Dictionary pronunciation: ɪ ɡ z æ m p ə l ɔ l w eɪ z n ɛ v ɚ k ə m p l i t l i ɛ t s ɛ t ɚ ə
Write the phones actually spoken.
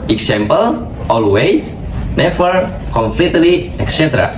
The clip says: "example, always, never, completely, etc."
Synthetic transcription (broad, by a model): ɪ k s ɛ m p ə l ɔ l w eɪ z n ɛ f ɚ k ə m f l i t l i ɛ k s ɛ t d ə